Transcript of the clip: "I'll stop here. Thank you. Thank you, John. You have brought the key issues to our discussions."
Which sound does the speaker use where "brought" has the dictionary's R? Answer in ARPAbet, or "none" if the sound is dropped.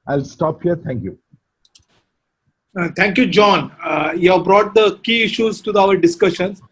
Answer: R